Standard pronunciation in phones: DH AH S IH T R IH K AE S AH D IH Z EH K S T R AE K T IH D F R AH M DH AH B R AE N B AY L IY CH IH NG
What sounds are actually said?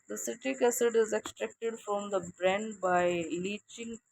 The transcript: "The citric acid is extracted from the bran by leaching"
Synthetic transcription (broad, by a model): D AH S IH T IH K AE S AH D IH Z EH K S T R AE K T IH D F R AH M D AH B R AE N B AY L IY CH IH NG